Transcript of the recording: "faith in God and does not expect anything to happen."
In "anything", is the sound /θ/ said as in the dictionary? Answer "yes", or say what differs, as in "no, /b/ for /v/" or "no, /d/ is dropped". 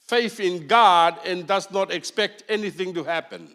yes